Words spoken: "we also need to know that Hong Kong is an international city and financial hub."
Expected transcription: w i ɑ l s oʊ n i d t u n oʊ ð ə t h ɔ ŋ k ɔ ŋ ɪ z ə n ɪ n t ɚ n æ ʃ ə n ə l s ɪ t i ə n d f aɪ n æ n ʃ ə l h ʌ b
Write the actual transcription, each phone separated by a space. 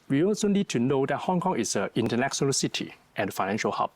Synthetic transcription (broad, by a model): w i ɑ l s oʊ n i d t u n oʊ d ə t h ɔ ŋ k ɔ ŋ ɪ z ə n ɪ n t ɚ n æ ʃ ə n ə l s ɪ t i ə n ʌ f aɪ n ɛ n ʃ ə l h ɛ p